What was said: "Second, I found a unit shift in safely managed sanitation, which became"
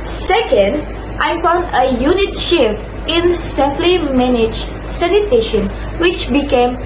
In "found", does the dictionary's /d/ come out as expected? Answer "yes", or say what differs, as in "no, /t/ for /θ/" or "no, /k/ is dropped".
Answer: yes